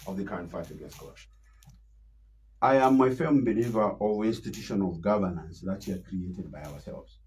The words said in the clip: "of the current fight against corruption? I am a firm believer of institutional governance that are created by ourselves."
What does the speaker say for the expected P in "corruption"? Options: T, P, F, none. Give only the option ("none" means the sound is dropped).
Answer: none